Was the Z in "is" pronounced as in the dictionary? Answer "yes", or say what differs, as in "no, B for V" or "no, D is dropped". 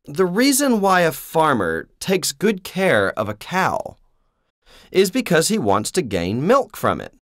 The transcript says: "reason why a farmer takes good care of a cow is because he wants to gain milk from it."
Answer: yes